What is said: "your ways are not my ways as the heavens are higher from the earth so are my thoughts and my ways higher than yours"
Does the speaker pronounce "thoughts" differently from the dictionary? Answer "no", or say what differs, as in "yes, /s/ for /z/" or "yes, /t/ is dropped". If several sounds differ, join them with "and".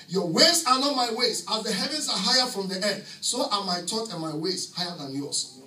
yes, /t/ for /θ/ and /s/ is dropped